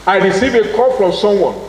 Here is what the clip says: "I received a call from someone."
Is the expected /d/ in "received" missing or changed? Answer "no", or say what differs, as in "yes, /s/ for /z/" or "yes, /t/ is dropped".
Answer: yes, /d/ is dropped